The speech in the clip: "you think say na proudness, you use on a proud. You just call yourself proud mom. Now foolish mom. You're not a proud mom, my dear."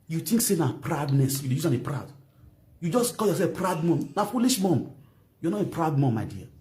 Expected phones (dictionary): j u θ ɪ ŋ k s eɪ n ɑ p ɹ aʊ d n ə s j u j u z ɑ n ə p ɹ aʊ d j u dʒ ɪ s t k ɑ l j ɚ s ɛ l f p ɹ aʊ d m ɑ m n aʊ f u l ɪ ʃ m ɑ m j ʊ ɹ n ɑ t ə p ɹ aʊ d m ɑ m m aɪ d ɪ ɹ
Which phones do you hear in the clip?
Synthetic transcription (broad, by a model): j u t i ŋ k s eɪ n ɑ p ɹ aʊ d n ə s j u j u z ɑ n ə p ɹ aʊ d j u dʒ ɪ s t k ɑ l j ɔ s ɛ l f p ɹ aʊ d m ɑ m n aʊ f u l ɪ ʃ m ɑ m j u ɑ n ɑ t ə p ɹ aʊ d m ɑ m m aɪ d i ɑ